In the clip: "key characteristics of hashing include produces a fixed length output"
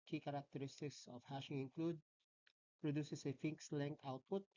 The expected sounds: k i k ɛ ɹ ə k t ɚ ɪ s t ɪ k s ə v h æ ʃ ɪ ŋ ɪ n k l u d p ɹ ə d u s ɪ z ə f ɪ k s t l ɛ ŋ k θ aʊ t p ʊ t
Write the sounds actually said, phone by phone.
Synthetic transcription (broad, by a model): k i k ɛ ɹ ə k t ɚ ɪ s t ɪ k s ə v h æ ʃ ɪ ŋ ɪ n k l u d p ɹ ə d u s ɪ s ə f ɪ k s l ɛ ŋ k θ aʊ t p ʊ t